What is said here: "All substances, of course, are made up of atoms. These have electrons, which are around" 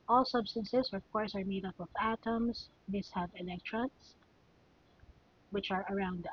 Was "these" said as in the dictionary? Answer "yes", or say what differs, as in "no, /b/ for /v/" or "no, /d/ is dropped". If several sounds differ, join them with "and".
no, /s/ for /z/